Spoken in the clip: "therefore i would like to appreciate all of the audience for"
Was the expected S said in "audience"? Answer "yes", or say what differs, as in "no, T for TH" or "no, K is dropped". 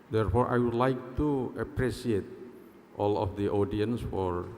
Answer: yes